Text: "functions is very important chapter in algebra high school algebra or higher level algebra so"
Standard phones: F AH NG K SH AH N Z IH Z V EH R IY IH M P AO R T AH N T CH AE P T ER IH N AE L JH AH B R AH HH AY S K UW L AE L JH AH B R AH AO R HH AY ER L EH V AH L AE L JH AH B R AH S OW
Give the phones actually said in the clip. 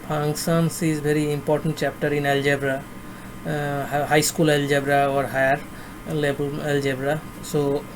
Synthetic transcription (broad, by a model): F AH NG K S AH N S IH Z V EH R IY IH M P AO R T AH N T CH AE P T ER IH N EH L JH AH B R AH HH AY S K UW L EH L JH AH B R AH AO R HH AY ER L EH B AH L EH L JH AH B R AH S OW